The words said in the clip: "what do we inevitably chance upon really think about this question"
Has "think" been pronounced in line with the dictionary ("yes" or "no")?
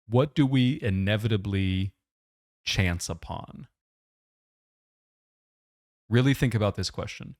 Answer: yes